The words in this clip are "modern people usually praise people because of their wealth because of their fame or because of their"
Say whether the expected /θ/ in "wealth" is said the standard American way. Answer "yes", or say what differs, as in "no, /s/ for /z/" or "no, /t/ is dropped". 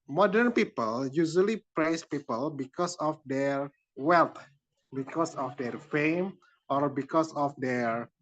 no, /t/ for /θ/